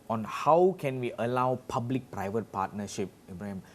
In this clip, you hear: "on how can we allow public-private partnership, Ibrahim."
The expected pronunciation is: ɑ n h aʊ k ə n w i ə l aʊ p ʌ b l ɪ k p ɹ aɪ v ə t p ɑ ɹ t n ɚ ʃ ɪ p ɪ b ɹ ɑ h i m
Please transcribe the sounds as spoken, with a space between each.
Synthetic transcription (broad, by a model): ɑ n h aʊ k ə n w i ə l aʊ p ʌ b l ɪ k p ɹ aɪ v ə t p ɑ t n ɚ ʃ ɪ p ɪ b ɹ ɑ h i m